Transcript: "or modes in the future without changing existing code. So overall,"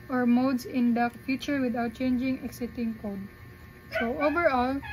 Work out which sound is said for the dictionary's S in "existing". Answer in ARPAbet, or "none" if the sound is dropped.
none